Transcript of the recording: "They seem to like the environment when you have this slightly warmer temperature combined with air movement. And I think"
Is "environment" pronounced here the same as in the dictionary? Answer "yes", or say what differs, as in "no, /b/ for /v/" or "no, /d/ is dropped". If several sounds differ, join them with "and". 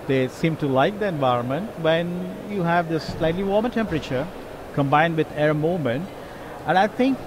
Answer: yes